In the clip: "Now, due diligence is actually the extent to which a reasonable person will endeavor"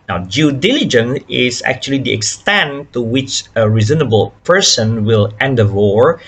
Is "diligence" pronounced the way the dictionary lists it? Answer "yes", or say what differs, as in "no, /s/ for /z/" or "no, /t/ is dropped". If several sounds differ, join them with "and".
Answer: no, /s/ is dropped